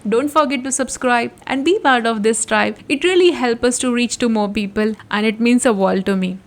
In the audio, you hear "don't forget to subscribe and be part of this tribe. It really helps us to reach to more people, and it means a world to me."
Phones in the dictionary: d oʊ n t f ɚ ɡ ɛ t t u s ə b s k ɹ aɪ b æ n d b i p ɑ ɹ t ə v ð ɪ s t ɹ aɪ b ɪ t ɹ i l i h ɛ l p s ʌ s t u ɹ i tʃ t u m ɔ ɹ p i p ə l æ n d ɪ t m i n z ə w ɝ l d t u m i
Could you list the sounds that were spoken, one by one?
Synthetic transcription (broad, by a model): d oʊ n t f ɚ ɡ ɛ t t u s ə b s k ɹ aɪ b æ n d b i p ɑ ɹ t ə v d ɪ s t ɹ aɪ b ɪ t ɹ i l i h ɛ l p ʌ s t u ɹ i tʃ t u m ɔ ɹ p i p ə l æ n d ɪ t m i n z ə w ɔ l t u m i